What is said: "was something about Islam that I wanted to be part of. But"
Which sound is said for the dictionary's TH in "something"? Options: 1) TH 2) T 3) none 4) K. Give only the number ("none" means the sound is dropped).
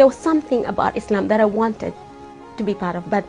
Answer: 1